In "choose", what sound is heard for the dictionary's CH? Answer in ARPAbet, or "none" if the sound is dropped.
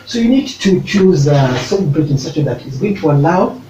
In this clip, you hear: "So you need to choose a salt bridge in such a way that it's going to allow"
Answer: CH